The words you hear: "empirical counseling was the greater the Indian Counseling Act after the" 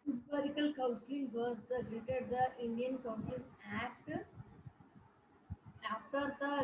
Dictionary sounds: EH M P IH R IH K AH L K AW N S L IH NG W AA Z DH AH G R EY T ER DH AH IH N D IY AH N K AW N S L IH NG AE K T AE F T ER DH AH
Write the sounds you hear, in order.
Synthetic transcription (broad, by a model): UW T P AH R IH K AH L K AW N S L IH NG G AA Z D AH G R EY T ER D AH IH N D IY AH N K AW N S L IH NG AE K T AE F T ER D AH